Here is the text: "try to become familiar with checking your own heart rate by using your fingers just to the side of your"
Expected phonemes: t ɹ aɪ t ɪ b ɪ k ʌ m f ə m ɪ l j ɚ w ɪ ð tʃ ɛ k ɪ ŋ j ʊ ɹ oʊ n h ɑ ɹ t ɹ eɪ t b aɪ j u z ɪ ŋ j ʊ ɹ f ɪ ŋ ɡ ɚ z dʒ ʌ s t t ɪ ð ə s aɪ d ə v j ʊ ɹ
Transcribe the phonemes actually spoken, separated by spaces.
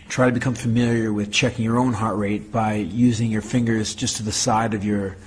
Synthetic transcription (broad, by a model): t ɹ aɪ t ɪ b ɪ k ʌ m f ə m ɪ l j ɚ w ɪ ð tʃ ɛ k ɪ ŋ j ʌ ɹ oʊ n h ɑ ɹ t ɹ eɪ t b aɪ j u z ɪ ŋ j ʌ ɹ f ɪ ŋ ɡ ɚ z dʒ ʌ s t t ɪ ð ə s aɪ d ə v j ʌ ɹ